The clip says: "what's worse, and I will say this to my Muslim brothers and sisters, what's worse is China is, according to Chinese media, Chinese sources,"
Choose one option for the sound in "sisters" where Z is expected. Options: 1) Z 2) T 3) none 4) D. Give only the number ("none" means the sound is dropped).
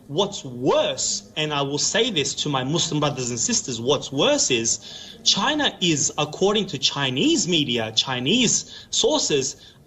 1